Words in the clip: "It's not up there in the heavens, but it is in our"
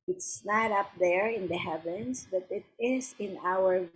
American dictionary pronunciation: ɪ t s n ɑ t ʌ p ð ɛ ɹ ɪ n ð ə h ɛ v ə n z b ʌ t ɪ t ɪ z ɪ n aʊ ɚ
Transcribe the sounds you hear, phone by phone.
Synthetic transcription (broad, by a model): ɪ t s n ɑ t ʌ p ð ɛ ɹ ɪ n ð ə h ɛ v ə n s b ʌ t ɪ t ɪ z ɪ n aʊ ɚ